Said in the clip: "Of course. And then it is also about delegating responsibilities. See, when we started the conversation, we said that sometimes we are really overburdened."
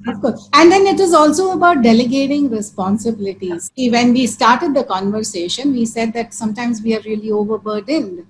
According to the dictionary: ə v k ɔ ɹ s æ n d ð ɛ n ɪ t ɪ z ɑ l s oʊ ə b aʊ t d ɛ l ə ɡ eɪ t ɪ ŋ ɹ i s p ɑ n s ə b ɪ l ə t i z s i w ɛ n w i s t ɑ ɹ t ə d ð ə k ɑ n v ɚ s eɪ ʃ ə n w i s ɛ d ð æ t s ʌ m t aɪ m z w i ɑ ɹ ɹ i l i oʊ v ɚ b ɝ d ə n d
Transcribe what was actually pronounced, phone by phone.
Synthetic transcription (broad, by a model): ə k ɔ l æ n d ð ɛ n ɪ t ɪ z ɑ l s oʊ ə b aʊ t d ɛ l ə ɡ eɪ t ɪ ŋ ɹ i s p ɑ n s ə b ɪ l ə t i z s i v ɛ n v i s t ɑ ɹ t ə d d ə k ɑ n v ɚ s eɪ ʃ ə n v i s ɛ d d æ t s ʌ m t aɪ m z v i ɑ ɹ ɹ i l i oʊ v ɚ b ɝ d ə n d